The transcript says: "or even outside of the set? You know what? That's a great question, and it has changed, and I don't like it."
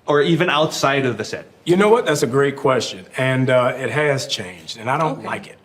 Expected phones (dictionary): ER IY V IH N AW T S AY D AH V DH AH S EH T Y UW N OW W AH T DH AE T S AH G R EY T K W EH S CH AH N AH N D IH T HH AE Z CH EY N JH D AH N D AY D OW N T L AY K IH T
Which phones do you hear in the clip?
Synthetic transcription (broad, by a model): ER IY V IH N AW T S AY D AH V DH AH S EH T Y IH N OW W AH T DH AE T S AH G R EY T K W EH S CH AH N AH N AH IH T HH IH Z CH EY N JH D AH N AY D OW N T L AY K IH T